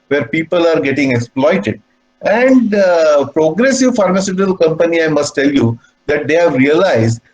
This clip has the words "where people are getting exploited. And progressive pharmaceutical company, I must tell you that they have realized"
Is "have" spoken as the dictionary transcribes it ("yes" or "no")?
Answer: yes